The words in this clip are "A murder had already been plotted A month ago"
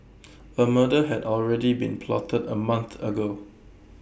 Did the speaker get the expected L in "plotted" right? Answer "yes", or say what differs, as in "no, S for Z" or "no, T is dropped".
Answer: yes